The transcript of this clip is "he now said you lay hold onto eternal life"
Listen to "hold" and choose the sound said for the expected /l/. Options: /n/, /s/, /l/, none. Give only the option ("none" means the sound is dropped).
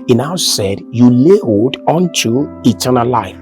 none